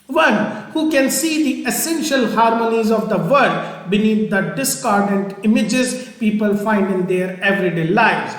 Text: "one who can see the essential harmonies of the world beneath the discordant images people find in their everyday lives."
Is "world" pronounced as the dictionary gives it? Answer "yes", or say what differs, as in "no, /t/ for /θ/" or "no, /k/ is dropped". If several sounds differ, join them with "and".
no, /l/ is dropped